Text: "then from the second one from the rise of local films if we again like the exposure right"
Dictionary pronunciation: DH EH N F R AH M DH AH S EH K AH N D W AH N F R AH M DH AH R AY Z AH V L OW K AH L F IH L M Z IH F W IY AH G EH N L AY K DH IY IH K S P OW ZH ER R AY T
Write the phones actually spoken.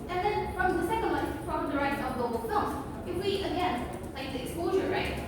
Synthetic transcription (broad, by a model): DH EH N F R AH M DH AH S EH K AH N D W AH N P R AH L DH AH R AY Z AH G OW AH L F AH M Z IH F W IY AH G EH N L AY K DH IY IH K S P OW ZH ER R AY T